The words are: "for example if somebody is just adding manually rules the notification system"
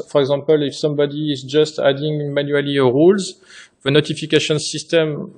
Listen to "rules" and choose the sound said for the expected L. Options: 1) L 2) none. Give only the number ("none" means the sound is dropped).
1